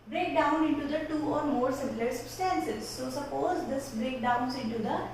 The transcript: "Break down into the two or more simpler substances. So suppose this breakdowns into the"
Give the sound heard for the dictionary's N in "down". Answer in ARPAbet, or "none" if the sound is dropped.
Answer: N